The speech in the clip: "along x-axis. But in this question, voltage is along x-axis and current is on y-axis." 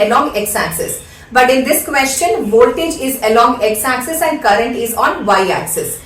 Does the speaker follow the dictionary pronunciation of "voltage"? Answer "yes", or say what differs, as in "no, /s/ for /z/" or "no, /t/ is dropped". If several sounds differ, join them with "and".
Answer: yes